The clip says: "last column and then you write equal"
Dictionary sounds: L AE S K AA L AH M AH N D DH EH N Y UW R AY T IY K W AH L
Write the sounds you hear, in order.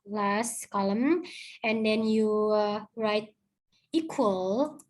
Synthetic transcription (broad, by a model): L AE S K AA L AH M AH N D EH N Y UW R AY T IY K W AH L